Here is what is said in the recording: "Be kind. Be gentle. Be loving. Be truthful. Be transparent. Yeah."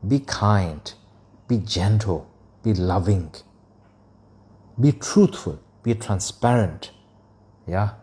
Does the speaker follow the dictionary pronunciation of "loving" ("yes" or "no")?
yes